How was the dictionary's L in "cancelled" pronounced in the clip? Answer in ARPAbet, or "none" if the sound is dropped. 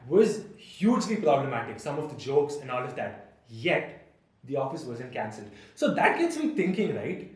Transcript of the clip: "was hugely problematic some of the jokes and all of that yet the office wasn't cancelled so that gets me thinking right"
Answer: L